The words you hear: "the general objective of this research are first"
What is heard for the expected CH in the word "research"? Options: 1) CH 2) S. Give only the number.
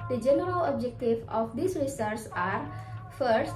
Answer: 2